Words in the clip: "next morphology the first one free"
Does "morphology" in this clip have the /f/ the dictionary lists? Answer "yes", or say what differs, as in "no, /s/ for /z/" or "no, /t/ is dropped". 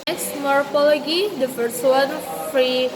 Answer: no, /p/ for /f/